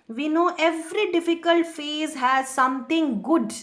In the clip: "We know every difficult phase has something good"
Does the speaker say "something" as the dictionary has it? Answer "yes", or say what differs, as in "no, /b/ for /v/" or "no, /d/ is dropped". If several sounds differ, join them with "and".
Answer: no, /t/ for /θ/